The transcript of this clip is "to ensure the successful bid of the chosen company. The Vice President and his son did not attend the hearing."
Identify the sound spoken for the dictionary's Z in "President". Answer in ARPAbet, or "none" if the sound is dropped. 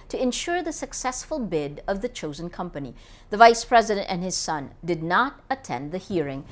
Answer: Z